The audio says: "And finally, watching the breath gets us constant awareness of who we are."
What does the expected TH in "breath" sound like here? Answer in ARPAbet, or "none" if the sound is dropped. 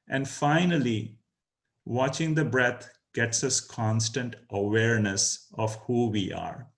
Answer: T